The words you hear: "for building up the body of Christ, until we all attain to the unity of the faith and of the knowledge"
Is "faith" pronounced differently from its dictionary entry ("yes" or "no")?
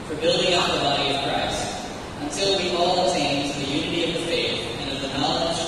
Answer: no